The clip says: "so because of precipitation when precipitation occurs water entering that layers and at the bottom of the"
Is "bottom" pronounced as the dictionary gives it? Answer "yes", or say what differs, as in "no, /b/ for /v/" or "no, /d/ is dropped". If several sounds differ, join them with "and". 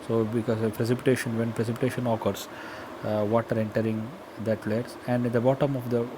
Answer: yes